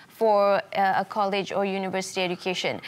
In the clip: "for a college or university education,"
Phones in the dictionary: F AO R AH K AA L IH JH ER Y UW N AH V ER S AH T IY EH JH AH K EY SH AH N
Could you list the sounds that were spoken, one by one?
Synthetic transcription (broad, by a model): F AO R AH K AA L IH JH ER Y UW N AH V ER S AH T IY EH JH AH K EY SH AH N